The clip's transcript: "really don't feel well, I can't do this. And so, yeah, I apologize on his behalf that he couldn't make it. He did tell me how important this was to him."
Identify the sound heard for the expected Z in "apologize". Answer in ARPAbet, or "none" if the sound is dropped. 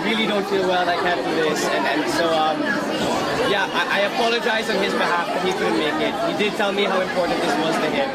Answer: Z